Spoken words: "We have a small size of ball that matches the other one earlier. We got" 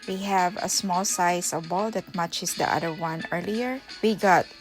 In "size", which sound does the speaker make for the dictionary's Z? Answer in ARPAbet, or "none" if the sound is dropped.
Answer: S